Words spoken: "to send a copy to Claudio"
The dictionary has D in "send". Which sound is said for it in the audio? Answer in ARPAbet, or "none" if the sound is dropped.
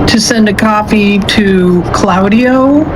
D